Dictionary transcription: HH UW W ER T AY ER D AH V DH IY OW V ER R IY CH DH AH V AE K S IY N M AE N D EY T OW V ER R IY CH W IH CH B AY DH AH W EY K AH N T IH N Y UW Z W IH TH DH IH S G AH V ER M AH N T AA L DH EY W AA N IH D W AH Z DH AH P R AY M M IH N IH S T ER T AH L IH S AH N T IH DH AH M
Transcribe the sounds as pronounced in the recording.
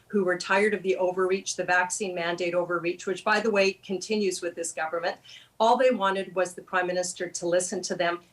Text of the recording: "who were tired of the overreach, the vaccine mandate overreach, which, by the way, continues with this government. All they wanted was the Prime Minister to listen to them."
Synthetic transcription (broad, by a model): HH UW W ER T AY ER D AH V DH IY OW V ER R IY CH DH AH V AE K S IY N M AE N D EY T OW V ER R IY CH W IH CH B AY DH AH W EY K AH N T IH N Y UW Z W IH DH IH S G AH V ER M AH N T AA L DH EY W AA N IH D W AH Z DH AH P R AY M M IH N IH S T ER T AH L IH S AH N T IH DH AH M